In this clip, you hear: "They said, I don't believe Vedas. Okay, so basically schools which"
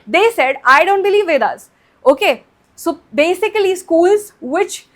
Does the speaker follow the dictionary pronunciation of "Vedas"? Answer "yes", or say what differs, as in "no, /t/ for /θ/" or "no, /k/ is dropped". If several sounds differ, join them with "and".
yes